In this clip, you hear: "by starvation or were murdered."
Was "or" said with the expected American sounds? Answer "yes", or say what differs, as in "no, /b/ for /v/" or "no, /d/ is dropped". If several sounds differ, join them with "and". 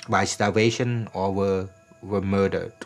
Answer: no, /w/ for /ɹ/